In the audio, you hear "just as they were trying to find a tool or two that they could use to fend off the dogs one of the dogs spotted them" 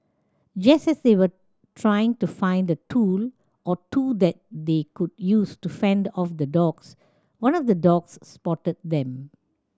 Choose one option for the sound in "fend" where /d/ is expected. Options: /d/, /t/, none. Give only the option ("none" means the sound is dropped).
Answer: /d/